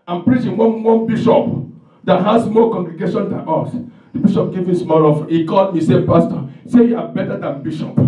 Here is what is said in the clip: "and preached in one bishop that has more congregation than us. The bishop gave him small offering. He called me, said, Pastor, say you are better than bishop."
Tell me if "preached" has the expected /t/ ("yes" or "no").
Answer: no